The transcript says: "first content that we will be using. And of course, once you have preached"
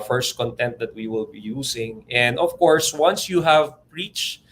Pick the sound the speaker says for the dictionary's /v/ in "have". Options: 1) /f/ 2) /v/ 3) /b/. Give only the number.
2